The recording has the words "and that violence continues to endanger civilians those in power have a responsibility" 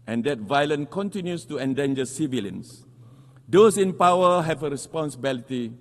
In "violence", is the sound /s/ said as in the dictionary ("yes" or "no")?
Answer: no